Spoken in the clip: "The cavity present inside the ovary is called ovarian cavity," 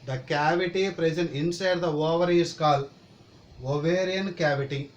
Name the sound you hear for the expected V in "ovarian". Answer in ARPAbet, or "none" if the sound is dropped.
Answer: V